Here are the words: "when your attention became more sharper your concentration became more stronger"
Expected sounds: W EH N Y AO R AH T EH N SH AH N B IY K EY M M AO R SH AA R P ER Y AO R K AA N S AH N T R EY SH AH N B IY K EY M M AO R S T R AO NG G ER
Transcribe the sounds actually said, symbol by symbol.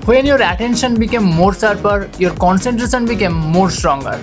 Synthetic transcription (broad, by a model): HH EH N Y AO R AH T EH N SH AH N B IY K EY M M AO R S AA R P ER Y AO R K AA N S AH N T R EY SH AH N B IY K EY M M AO R S T R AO NG G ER